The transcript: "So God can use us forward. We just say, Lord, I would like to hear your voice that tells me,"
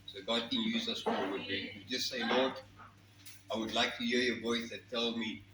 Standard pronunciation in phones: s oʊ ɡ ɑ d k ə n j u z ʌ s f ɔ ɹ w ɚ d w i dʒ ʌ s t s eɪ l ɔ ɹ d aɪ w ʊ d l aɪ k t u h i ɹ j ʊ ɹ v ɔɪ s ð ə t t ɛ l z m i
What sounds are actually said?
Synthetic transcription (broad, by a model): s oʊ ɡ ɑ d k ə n j u z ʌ s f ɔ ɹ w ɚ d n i dʒ ʌ s t s eɪ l ɔ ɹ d aɪ w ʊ d l aɪ k t u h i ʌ j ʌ v ɔɪ s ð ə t t ɛ l m i